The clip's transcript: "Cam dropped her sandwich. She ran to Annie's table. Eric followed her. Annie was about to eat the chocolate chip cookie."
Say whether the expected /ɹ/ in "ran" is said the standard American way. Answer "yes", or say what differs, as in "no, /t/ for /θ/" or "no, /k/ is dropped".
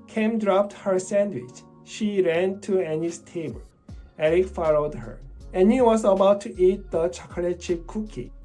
yes